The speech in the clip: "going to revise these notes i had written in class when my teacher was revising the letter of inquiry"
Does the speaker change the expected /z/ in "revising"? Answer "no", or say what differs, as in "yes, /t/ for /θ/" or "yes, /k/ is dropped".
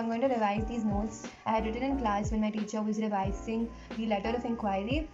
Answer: yes, /s/ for /z/